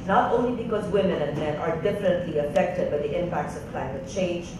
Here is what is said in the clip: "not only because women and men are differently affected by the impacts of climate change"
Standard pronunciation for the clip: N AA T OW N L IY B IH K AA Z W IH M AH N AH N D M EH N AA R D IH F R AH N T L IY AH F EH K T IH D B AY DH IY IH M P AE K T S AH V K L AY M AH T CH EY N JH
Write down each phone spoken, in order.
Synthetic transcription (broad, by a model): N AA T OW N L IY B IH K AA Z W IH M AH N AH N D M EH N AA R D IH F R AH N T L IY AH F EH K T IH D B AY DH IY IH M P AE K T S AH V K L AY M AH T CH EY N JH